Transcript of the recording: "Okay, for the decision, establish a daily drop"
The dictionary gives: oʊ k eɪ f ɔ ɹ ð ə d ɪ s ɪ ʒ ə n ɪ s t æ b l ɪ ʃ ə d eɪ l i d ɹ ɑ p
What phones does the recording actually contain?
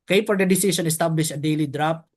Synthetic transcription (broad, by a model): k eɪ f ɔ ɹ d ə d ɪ s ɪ s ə n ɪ s t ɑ b l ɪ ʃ ə d eɪ l i d ɹ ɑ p